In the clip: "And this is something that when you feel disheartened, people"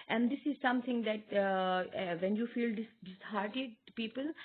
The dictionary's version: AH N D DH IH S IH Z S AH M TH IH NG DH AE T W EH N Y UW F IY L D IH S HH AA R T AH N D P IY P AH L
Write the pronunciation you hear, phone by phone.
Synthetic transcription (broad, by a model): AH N D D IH S IH Z S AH M T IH NG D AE T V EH N Y UW F IY L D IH S HH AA R T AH D P IY P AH L